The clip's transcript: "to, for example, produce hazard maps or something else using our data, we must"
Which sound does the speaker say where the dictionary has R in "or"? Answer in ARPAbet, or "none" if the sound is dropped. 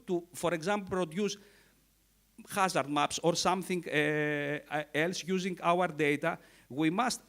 R